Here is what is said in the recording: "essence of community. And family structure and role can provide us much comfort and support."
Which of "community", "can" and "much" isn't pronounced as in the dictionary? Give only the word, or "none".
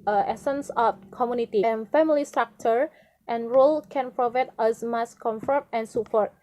much